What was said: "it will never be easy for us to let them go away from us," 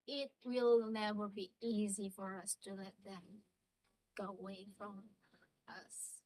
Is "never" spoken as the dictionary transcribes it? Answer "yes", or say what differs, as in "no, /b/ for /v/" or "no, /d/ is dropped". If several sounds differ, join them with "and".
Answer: no, /w/ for /v/